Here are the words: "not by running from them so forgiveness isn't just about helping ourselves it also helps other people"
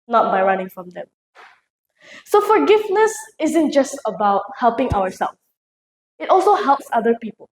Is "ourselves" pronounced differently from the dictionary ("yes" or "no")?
yes